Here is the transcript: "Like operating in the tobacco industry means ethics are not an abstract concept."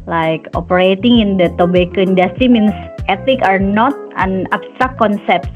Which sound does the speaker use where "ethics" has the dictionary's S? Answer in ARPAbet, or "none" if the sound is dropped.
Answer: none